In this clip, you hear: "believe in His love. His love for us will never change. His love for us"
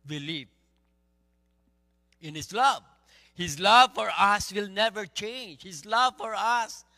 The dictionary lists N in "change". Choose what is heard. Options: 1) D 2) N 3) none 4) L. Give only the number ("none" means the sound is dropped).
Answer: 2